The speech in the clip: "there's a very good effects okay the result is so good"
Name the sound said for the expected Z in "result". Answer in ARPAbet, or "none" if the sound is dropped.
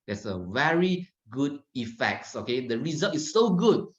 Z